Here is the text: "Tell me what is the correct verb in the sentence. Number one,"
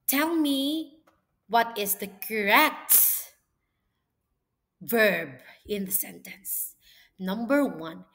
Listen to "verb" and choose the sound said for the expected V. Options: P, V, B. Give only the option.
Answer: V